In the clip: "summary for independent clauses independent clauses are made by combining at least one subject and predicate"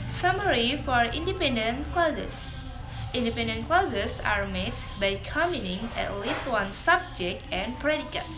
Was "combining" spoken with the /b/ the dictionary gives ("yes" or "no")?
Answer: no